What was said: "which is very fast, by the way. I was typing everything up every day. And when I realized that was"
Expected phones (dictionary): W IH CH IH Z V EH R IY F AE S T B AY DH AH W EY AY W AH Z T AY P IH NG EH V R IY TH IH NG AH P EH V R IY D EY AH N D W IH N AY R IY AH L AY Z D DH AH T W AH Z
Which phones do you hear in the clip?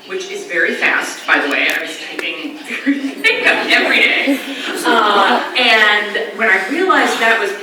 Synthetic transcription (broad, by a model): W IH CH IH Z V EH R IY F AE S T B AY DH AH W EY AY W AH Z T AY IH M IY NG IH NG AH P EH V R IY D EY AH N W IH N AY R IY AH L AY Z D DH AH T W AH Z